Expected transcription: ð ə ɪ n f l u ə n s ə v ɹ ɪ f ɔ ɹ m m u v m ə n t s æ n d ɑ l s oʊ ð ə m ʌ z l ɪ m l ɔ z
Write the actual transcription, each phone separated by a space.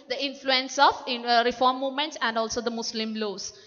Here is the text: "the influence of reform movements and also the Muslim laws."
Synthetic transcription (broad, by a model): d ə ɪ n f l u ə n s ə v ɹ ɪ f ɔ ɹ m m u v m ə n t s æ n d ɑ l s oʊ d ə m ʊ s l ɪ m l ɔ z